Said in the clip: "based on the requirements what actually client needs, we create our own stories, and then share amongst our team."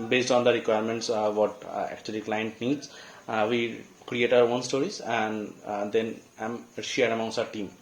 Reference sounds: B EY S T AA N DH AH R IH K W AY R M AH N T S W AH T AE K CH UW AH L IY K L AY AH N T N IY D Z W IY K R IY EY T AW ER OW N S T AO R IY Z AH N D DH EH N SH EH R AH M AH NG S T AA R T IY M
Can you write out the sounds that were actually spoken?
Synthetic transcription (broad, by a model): B EY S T AA N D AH R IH K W AY R M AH N T S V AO T AE K CH UW AH L IY K L AY AH N T N IY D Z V IY K R IY EY T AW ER OW N S T AO R IY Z AH N D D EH N SH EH R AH M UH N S AA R T IY M